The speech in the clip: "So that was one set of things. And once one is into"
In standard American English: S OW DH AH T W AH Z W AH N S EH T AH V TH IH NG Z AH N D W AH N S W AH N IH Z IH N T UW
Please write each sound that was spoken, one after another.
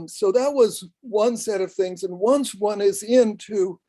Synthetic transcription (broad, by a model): S OW DH AH T W AH Z W AH N S EH T AH V TH IH NG Z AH N W AH N S W AH N IH Z IH N T UW